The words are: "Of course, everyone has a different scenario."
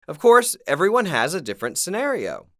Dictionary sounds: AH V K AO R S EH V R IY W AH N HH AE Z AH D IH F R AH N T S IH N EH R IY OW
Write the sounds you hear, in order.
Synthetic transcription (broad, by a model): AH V K AO R S EH V R IY W AH N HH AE Z AH D IH F R AH N T S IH N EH R IY OW